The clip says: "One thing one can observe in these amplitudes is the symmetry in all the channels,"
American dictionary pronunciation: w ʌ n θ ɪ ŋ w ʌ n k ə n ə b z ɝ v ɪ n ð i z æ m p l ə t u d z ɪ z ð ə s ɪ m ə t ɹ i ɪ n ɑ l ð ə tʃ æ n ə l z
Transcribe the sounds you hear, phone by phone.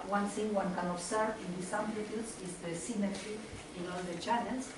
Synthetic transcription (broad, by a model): w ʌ n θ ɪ ŋ w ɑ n k ə n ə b s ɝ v ɪ n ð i s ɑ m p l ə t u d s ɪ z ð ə s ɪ m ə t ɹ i ɪ n ɑ l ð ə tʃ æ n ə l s